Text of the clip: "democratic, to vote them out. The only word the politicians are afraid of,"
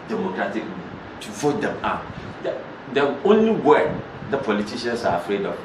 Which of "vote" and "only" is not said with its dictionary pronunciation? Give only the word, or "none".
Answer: none